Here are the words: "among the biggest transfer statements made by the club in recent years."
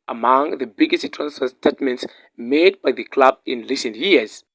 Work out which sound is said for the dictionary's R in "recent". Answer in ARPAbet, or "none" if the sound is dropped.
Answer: L